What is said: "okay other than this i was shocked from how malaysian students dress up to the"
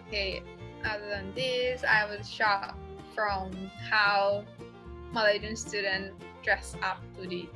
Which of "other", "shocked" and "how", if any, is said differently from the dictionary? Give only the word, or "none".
shocked